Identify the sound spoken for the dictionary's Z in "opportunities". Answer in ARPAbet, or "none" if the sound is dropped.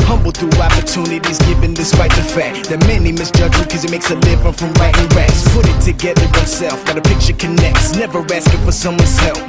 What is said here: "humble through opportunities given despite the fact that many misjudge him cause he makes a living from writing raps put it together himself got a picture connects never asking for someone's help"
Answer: Z